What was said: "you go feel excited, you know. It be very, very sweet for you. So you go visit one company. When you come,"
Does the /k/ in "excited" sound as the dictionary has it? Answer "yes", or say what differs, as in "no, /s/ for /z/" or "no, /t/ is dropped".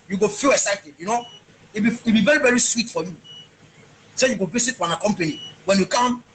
yes